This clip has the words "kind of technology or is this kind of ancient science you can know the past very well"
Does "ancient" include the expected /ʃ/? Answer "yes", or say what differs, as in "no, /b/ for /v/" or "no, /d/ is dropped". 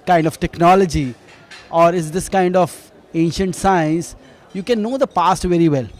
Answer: yes